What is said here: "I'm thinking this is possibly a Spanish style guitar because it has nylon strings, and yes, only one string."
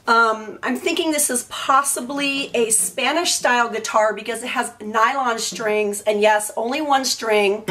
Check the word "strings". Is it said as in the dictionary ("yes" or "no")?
yes